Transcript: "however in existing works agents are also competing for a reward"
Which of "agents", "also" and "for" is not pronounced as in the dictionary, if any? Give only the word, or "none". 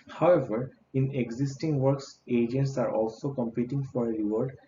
none